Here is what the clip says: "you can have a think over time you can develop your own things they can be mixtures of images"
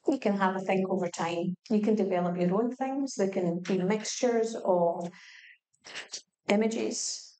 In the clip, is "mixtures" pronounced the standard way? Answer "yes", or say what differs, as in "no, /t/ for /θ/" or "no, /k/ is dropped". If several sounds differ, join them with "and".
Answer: yes